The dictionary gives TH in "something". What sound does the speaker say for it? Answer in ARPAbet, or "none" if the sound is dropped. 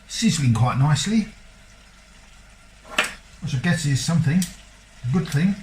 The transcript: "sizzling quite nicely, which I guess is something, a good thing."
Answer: TH